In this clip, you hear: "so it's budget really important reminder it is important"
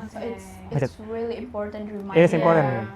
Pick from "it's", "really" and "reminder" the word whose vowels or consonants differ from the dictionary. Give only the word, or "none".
reminder